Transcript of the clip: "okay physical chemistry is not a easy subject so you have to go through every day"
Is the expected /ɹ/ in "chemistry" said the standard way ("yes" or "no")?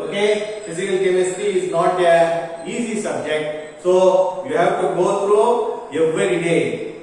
no